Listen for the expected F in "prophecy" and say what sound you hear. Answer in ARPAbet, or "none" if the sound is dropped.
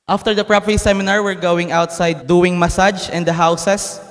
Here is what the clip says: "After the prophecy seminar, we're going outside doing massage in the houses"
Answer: P